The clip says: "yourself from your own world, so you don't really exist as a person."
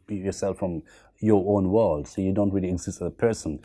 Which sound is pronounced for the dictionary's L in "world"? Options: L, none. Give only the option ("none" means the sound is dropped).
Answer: L